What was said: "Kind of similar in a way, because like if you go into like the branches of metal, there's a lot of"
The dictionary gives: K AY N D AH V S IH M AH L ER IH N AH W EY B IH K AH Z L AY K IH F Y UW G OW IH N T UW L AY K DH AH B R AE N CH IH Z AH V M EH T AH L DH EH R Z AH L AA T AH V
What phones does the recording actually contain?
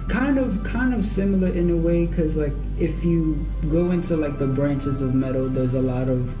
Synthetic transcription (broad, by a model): K AY N D AH V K IH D AH L ER IH N AH W EY IH K AH Z L AY K IH F Y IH G OW IH N T UW L AY K DH AH B R AE N CH IH Z AH V M EH T L DH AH R Z AH L AA T AH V